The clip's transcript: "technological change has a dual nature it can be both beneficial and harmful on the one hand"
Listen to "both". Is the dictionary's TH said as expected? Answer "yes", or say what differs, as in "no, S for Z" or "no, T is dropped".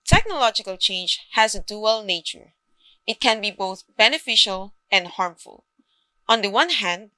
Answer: yes